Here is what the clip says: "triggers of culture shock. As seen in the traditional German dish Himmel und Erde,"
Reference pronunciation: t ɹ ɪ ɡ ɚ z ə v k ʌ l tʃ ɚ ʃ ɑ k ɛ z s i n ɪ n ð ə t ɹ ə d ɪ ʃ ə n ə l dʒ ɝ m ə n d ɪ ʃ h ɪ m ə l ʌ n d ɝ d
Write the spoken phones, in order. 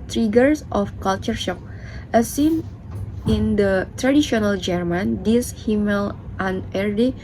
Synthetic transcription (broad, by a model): t ɹ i ɡ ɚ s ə f k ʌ l tʃ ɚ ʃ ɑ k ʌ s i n ɪ n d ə t ɹ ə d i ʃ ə n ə l dʒ ɝ m ə n d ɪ s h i m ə l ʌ n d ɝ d